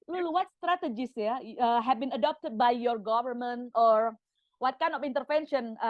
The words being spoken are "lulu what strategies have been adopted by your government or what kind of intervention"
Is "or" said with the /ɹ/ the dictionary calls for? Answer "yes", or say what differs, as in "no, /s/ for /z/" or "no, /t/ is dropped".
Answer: yes